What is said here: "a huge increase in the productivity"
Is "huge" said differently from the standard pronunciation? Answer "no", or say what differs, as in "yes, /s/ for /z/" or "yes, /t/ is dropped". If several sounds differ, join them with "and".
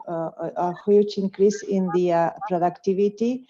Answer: yes, /tʃ/ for /dʒ/